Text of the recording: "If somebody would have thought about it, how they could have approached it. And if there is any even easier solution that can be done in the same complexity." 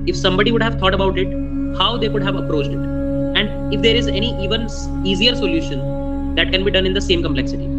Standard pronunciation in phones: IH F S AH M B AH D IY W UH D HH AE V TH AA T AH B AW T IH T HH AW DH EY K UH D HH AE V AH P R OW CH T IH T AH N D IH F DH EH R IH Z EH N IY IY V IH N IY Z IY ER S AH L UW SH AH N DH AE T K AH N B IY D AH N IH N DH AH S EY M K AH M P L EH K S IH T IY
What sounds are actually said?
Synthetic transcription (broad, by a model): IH F S AH M B AH D IY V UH D HH AE V T AA T AH B AW T IH T HH AW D EY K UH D HH AE V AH P R OW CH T IH T AH N D IH F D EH R IH Z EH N IY IY V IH N IY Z IY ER S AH L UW SH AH N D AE T K AH N B IY D AH N IH N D AH S EY M K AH M P L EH K S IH T IY